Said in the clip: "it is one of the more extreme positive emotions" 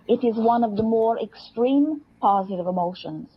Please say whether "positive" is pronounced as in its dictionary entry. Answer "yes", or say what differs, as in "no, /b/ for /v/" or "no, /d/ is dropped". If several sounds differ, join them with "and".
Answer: yes